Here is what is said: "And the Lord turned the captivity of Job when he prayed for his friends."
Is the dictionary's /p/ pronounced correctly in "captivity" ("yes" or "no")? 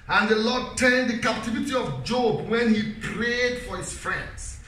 yes